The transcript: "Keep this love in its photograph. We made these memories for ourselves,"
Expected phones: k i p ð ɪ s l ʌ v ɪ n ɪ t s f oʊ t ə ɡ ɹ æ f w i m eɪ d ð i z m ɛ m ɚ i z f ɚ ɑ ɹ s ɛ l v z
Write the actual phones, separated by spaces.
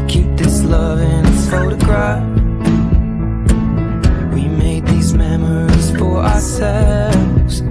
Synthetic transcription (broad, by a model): k i p ð ɪ s l ʌ v ɪ n f oʊ t ə ɡ ɹ æ f w i m eɪ d ð i z m ɛ m ɚ i z f ɚ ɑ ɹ s ɛ l v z